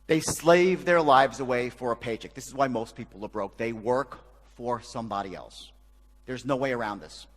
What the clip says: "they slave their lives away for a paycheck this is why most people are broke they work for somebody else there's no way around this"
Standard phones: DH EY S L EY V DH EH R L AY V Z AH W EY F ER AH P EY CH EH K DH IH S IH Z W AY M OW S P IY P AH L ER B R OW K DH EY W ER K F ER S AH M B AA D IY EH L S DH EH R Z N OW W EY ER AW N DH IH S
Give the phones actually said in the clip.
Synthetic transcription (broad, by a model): DH EY S L EY V DH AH R L AY V Z AH W EY F ER AH P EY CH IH K DH IH S IH Z W AY M OW S P IY P L ER B R OW K DH EY W ER K F ER S AH M B AA D IY EH L S DH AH R Z N OW W EY ER AW N DH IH S